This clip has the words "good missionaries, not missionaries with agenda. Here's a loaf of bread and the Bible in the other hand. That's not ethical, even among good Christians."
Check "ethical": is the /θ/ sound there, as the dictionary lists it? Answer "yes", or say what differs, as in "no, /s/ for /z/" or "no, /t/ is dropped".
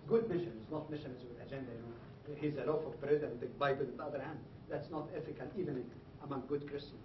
no, /f/ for /θ/